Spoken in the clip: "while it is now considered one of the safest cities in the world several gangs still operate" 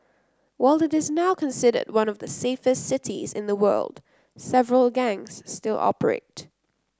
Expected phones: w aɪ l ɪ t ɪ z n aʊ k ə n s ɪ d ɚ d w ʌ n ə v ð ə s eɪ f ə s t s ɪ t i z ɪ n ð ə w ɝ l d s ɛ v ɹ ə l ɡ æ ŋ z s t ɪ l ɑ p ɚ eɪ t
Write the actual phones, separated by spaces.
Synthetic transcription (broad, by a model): w aɪ l ɪ t ɪ z n aʊ k ə n s ɪ d ɚ d w ʌ n ə v ð ə s eɪ f ə s t s ɪ t i z ɪ n ð ə w ɝ l d s ɛ v ɹ ə l ɡ æ ŋ z s t ɪ l ɑ p ɚ eɪ t